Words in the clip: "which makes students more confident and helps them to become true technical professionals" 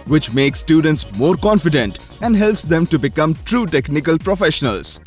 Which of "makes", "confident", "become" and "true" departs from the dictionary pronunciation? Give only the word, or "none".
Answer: none